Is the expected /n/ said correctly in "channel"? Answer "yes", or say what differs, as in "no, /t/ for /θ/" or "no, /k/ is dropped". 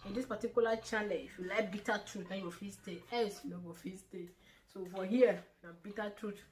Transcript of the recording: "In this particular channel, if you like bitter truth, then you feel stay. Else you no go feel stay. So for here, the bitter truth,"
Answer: no, /l/ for /n/